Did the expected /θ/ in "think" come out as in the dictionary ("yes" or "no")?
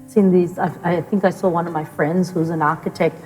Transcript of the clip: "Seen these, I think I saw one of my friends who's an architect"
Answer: yes